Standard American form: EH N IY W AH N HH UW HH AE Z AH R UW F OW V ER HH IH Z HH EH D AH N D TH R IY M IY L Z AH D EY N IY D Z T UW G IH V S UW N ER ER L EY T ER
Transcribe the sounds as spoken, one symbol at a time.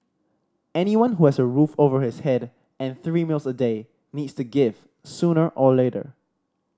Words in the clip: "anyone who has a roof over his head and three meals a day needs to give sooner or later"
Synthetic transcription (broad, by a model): EH N IY W AH N HH UW HH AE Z AH R UW F OW V ER HH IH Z HH EH D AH N TH R IY M IY L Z AH D EY N IY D S T UW G IH V S UW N ER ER L EY T ER